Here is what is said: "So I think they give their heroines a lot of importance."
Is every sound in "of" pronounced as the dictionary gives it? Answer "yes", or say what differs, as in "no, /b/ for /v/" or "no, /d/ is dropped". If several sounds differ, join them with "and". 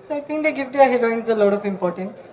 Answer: no, /p/ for /v/